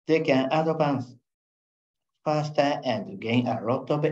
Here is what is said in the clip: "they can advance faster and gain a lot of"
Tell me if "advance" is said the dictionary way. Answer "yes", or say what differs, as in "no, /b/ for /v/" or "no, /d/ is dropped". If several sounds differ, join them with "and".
no, /p/ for /v/